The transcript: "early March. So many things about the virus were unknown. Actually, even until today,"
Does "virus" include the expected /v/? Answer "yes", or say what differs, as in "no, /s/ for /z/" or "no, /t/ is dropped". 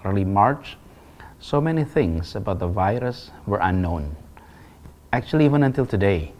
yes